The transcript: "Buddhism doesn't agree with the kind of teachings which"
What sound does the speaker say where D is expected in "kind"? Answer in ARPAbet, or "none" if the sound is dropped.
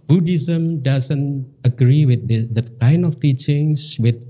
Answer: none